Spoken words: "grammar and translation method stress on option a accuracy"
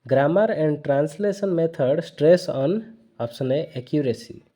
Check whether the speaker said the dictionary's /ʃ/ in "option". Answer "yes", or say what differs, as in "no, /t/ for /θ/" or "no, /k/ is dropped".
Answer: no, /s/ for /ʃ/